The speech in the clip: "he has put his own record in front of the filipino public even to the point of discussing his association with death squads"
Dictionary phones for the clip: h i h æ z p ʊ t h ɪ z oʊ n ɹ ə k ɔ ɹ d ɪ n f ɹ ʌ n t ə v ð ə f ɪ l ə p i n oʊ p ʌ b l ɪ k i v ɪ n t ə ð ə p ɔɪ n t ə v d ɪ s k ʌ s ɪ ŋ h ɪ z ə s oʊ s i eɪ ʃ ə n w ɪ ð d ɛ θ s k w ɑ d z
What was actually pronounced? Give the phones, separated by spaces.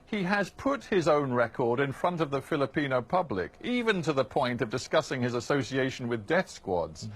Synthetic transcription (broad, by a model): h i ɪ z p ʊ t h ɪ z oʊ n ɹ ə k ɔ ɹ d ɪ n f ɹ ʌ n t ə v ð ə f ɪ l ə p i n oʊ p ʌ b l ɪ k i v ɪ n t ə ð ə p ɔɪ n t ə v d ɪ s k ʌ s ɪ ŋ ɪ z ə s oʊ s i eɪ ʃ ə n w ɪ ð d ɛ θ s k w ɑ d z